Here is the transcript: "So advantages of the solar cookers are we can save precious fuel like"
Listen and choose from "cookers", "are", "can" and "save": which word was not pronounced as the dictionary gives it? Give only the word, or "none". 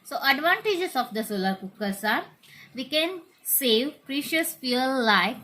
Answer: cookers